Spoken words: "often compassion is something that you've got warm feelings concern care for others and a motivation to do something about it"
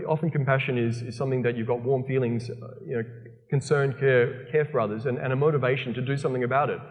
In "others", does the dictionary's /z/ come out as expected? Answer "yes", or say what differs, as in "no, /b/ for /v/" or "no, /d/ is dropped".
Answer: yes